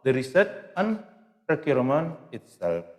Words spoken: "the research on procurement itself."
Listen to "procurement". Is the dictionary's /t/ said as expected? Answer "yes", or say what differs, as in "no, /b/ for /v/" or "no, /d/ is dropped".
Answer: no, /t/ is dropped